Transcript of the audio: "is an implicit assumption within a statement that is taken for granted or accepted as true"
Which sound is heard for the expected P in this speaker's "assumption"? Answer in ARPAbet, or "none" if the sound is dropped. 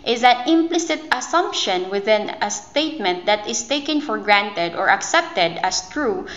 P